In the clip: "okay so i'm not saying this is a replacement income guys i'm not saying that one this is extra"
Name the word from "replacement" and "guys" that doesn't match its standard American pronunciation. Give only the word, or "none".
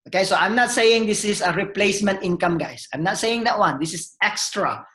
guys